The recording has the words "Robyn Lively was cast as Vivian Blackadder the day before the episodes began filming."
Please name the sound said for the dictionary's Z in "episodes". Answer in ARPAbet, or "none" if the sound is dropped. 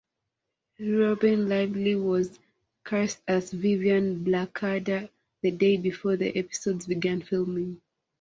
Z